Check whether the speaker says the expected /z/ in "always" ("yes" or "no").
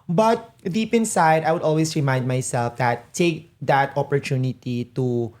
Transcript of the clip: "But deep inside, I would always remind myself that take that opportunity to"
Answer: no